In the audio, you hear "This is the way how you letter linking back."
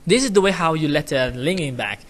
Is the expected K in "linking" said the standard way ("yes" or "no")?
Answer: no